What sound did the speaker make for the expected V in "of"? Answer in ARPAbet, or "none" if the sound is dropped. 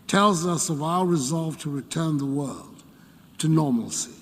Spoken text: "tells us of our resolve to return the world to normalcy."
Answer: V